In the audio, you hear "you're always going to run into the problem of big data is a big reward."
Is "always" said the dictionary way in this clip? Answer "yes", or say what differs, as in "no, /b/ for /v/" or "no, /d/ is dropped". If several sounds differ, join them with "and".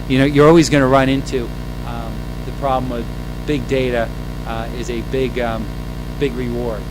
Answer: yes